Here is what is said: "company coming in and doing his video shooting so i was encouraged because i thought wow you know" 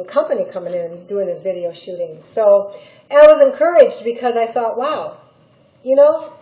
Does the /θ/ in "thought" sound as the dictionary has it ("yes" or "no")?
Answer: yes